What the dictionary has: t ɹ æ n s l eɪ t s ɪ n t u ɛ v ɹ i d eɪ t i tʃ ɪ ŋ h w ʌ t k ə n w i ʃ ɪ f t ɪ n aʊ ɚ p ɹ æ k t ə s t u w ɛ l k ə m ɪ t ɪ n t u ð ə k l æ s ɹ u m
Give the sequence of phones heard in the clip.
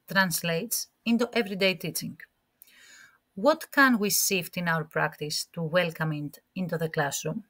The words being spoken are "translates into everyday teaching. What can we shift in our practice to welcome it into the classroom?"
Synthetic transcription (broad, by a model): t ɹ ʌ n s l eɪ t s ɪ n t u ɛ v ɹ i d eɪ t i tʃ ɪ ŋ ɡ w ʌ t k ə n w i s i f t ɪ n aʊ ɚ p ɹ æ k t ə s t u w ɛ l k ə m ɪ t ɪ n t u ð ə k l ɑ s ɹ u m